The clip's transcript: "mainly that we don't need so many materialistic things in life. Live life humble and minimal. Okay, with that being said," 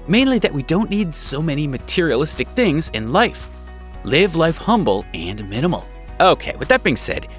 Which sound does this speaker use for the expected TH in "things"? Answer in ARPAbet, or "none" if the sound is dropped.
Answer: TH